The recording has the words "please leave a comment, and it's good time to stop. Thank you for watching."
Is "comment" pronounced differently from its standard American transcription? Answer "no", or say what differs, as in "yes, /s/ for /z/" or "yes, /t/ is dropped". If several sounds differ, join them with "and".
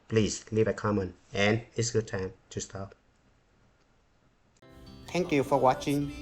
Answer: yes, /t/ is dropped